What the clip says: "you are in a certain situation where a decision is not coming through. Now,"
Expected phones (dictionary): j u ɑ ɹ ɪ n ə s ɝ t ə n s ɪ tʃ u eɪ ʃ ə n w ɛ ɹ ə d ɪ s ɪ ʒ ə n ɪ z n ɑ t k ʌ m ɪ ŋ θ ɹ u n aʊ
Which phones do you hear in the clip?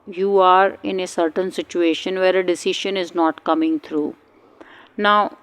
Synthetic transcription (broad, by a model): j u ɑ ɹ ɪ n ə s ɝ t ə n s ɪ tʃ u eɪ ʃ ə n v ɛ ɹ ə d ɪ s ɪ ʃ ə n ɪ z n ɑ t k ʌ m ɪ ŋ t ɹ u n aʊ